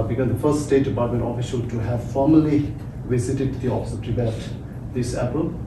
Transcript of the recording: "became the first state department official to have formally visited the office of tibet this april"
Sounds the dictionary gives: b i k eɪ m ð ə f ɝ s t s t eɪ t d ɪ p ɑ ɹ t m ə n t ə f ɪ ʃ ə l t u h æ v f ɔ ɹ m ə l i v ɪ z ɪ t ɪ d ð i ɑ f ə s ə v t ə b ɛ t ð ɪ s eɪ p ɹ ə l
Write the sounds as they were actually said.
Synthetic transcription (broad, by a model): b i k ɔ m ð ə f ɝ s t s t eɪ t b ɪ ɪ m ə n ə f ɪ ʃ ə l t u h æ v f ɔ ɹ m ə l i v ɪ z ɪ t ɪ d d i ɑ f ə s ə p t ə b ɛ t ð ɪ s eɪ p ɹ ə l